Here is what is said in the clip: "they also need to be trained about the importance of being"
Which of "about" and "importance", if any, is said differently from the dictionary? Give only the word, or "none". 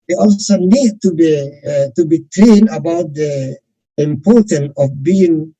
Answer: importance